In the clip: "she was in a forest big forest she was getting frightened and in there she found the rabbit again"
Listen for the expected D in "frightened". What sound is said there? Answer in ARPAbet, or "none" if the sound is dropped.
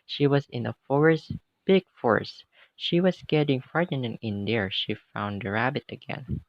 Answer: none